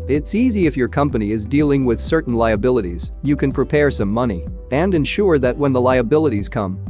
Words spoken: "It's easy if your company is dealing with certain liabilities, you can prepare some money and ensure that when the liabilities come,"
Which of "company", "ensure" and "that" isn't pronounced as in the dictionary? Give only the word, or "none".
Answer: none